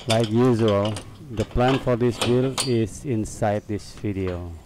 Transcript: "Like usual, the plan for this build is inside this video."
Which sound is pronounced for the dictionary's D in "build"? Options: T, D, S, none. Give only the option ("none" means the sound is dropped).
none